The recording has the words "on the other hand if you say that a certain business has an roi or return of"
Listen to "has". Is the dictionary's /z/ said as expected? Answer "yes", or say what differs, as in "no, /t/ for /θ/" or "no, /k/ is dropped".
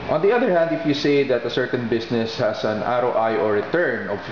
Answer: no, /s/ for /z/